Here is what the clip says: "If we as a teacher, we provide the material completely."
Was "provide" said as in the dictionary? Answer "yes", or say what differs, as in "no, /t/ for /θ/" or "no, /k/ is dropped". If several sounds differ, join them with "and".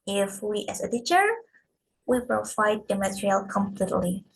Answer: no, /f/ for /v/